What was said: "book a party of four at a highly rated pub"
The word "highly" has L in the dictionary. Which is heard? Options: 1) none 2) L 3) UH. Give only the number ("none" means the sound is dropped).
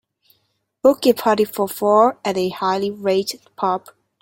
2